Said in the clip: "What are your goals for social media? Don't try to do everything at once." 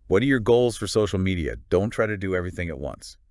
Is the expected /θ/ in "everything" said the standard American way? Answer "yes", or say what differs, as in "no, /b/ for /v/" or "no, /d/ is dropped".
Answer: yes